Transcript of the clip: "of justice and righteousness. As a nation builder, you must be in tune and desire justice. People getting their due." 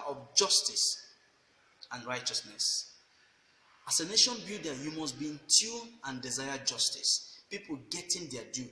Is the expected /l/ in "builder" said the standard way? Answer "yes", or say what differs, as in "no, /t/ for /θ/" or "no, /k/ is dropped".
no, /l/ is dropped